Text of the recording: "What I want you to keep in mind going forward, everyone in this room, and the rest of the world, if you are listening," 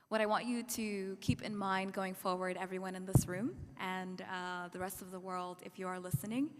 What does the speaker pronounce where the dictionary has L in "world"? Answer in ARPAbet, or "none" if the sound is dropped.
L